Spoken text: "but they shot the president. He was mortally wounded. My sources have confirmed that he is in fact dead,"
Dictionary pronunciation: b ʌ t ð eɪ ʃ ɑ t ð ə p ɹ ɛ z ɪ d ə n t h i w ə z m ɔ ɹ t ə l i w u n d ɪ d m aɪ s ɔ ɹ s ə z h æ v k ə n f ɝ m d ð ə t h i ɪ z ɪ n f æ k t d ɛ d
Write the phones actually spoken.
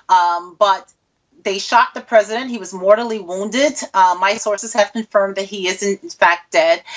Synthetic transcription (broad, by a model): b ʌ t ð eɪ ʃ ɑ t ð ə p ɹ ɛ z ɪ d ə n t h i w ə z m ɔ ɹ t l i w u n d ɪ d m aɪ s ɔ ɹ s ə z h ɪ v k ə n f ɝ m ð ə t h i ɪ z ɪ n f æ k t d ɛ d